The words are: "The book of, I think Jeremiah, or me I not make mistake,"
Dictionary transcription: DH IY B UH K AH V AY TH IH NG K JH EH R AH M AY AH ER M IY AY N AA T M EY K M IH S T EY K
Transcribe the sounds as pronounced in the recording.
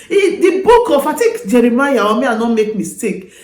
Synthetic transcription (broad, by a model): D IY B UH K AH F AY T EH K JH EH R AH M AY AH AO M IY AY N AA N M EY K M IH S T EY K